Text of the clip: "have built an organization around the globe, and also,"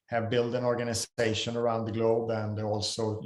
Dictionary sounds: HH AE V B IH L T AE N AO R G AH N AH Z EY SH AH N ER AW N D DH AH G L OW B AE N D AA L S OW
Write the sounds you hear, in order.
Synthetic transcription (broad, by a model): HH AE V B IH L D AE N AO R G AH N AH S EY SH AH N ER AW N D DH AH G L OW B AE N D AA L S OW